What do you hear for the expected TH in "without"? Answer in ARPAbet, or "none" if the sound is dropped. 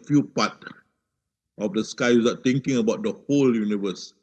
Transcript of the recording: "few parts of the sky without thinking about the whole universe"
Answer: S